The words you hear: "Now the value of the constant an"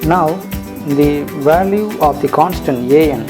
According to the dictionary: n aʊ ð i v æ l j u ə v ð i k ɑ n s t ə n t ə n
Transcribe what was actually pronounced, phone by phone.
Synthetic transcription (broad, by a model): n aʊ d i v æ l j u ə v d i k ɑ n s t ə n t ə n